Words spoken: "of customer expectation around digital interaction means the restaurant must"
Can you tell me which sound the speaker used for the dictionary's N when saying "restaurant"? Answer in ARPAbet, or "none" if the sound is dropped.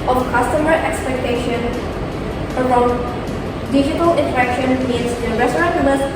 none